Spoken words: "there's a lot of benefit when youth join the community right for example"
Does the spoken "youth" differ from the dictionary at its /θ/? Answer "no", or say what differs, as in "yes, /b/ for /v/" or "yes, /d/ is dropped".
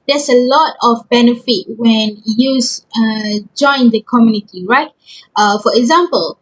yes, /s/ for /θ/